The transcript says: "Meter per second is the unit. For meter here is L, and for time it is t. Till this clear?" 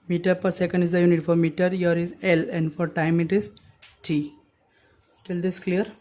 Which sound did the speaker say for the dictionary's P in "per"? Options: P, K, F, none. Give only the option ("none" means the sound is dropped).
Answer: P